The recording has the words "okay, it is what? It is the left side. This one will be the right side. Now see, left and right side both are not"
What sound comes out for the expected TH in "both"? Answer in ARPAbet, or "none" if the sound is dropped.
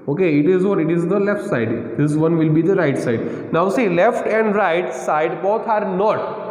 T